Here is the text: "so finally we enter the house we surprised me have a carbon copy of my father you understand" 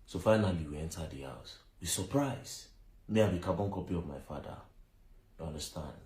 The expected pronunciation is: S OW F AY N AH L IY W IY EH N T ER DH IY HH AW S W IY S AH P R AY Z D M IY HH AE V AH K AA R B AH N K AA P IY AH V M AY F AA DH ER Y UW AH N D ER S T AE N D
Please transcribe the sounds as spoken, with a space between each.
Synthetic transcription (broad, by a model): S OW F AY N AH L IY W IY EH N T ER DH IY HH AW S W IY S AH P R AY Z M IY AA B AH K AA B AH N K AA P IY AH V M AY F AA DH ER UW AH N D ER S T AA N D